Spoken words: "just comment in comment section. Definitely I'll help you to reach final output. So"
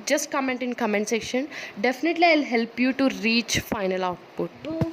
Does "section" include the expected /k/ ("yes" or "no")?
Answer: yes